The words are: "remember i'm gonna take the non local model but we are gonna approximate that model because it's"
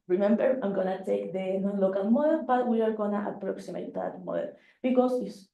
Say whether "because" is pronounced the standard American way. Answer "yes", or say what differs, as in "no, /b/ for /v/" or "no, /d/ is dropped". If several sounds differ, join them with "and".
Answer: no, /s/ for /z/